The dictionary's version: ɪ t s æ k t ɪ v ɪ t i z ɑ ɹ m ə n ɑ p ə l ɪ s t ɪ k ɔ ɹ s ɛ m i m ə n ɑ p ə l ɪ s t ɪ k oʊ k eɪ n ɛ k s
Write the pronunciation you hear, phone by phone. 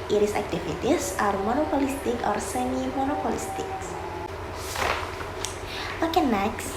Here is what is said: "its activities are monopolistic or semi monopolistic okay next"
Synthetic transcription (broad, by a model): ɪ t s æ k t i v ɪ t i s ɑ ɹ m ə n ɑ p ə l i s t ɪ k ɔ ɹ s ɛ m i m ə n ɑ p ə l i s t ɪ k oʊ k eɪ n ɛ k s